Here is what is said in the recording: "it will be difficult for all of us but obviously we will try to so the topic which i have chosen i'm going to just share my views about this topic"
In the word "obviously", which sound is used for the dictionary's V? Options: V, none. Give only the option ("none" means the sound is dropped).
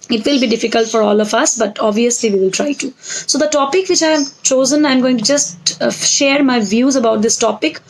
V